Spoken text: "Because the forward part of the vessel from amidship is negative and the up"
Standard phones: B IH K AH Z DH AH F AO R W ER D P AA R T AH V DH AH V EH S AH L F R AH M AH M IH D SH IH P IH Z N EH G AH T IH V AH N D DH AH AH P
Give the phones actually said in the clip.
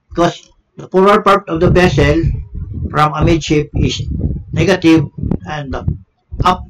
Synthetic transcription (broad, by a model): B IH K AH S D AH P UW R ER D P AA R T AH V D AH B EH S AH L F R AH M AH M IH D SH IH P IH S N EH G AH T IH V AH N D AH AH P